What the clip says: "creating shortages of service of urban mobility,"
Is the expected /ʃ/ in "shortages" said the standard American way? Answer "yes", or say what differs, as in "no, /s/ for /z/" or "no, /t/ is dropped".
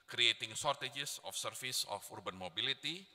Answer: no, /s/ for /ʃ/